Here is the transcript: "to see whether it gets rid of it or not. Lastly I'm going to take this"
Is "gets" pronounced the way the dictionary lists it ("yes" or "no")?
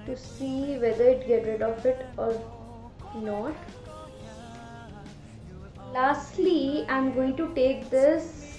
no